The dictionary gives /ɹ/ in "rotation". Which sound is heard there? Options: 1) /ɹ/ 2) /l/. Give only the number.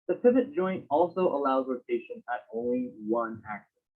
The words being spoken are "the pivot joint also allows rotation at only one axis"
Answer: 2